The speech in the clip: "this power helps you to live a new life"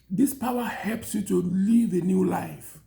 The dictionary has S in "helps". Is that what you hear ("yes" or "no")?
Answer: yes